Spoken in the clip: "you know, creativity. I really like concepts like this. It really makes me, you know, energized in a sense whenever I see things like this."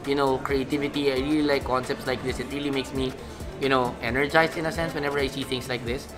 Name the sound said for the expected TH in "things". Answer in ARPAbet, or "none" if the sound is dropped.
T